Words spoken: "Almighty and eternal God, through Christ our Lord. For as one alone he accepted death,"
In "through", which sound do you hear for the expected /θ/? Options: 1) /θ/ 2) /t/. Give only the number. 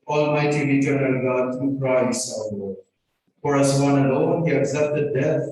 2